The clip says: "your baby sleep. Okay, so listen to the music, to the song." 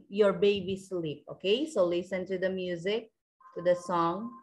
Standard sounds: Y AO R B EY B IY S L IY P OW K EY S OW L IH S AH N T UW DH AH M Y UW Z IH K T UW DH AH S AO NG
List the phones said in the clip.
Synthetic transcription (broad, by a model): Y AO R B EY B IY S L IY P OW K EY S OW L IH S AH N T UW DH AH M Y UW Z IH K T UW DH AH S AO NG